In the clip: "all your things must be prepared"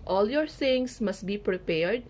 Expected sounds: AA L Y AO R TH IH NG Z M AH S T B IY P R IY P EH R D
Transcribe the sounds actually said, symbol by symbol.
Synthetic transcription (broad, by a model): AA L Y AO R S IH NG S M AH S T B IY P R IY P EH R D